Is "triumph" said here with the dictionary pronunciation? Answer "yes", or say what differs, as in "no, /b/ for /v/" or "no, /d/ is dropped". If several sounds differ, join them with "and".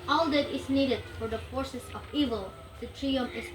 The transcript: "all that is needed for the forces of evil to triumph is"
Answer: no, /f/ is dropped